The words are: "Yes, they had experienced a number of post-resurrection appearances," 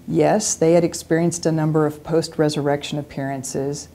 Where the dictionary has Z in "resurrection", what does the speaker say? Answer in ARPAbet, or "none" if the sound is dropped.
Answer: Z